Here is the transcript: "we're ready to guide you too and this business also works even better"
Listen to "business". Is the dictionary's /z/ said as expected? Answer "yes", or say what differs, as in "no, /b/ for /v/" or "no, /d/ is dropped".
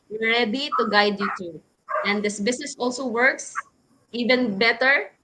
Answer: no, /s/ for /z/